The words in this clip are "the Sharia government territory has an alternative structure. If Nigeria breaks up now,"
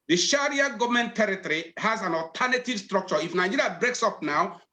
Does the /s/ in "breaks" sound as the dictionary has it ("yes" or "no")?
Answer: yes